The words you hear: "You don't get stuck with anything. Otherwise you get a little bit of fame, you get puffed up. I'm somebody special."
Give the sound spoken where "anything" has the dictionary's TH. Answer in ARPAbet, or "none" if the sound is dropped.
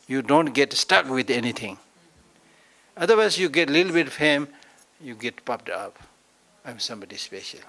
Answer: T